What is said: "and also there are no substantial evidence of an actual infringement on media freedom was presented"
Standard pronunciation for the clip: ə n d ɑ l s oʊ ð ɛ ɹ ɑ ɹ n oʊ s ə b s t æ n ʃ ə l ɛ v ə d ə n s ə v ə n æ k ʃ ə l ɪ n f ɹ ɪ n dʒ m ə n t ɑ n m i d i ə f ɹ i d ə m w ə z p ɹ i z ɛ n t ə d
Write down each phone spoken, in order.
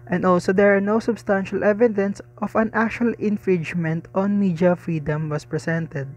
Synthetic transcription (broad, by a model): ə n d ɑ l s oʊ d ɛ ɹ ɑ ɹ n oʊ s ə b s t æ n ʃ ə l ɛ v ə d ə n s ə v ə n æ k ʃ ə l ɪ n f ɹ ɪ n dʒ m ə n t ɑ n m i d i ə f ɹ i d ə m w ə s p ɹ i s ɛ n t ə d